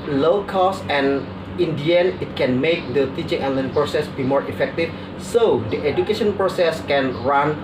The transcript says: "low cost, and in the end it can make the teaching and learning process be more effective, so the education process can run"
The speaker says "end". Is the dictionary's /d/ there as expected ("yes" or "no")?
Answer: no